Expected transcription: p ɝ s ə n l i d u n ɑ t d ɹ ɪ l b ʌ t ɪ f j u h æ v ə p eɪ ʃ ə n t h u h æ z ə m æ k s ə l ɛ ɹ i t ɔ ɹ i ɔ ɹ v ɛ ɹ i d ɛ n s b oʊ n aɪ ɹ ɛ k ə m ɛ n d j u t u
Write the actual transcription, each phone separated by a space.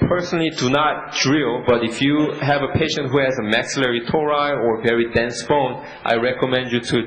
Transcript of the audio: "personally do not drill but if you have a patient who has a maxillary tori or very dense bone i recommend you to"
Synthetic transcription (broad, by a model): p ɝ s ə n l i d u n ɑ t d ɹ ɪ l b ʌ t ɪ f j u h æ v ə p eɪ ʃ ə n t h u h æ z ə m æ k s ə l ɛ ɹ i t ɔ ɹ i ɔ ɹ v ɛ ɹ i d ɛ n s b oʊ n aɪ ɹ ɛ k ə m ɛ n d j u t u